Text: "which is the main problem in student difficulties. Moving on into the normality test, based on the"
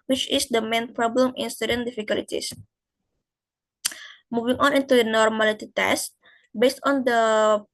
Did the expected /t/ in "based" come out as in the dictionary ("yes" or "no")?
yes